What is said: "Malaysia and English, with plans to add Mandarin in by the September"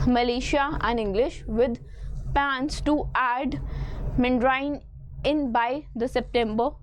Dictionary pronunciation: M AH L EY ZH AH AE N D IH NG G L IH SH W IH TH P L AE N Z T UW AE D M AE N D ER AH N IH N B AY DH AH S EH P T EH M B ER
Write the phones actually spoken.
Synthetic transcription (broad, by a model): M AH L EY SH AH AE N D IH NG G L IH SH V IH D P AE N S T UW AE D M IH N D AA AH N IH N B AY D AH S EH P T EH M B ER